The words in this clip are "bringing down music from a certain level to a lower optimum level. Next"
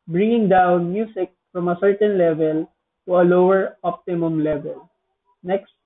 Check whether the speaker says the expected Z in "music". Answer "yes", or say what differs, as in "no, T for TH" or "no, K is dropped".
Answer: no, S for Z